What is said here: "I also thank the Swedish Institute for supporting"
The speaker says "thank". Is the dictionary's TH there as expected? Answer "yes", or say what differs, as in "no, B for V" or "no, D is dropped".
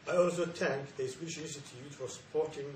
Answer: no, T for TH